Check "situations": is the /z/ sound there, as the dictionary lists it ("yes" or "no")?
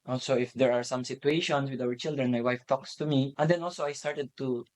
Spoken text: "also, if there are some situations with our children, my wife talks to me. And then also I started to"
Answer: no